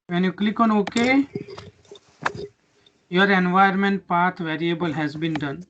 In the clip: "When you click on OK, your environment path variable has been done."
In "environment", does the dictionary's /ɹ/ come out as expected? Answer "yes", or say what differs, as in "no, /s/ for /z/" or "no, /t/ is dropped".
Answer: no, /ɹ/ is dropped